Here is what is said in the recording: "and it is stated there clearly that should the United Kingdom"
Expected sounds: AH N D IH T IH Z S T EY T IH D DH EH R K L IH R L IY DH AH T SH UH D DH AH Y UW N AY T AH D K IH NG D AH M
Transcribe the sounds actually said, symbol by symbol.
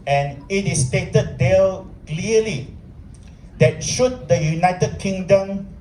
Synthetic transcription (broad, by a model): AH N IH T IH S T EY T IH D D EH L K L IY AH L IY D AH T SH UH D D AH Y UW N AY T AH D K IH NG D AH M